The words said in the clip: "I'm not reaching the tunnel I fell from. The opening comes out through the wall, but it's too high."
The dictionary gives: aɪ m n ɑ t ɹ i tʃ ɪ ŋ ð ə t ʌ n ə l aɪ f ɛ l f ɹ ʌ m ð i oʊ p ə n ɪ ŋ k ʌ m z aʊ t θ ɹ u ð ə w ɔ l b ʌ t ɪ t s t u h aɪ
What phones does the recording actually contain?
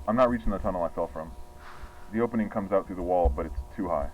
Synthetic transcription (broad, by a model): aɪ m n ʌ t ɹ i tʃ ɪ ŋ ð ə t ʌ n l aɪ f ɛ l f ɹ ʌ m ð i oʊ p ə n ɪ ŋ k ʌ m z aʊ t θ ɹ u ð ə w ɔ l b ʌ t ɪ t s t u h aɪ